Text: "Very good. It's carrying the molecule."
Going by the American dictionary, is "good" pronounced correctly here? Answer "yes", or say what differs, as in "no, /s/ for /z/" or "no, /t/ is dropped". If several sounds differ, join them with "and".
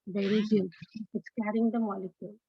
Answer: no, /d/ is dropped